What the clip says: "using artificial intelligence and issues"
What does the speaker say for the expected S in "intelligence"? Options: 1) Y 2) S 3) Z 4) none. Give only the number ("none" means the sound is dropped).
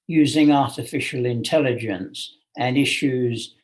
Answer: 2